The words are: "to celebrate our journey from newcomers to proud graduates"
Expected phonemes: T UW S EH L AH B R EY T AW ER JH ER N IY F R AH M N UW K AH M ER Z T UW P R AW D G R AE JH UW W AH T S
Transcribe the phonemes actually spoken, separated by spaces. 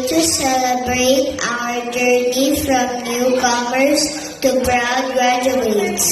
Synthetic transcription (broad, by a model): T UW S EH L AH B R EY T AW ER JH ER N IY F R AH M N UW K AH M ER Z T UW B R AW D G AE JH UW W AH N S